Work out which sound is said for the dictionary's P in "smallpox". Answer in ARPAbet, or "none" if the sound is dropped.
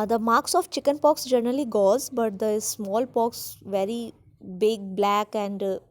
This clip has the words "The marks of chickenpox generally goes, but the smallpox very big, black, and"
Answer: P